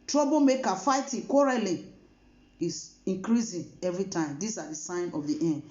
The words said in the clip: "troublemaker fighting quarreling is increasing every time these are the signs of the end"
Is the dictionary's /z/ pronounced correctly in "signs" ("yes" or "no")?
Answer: no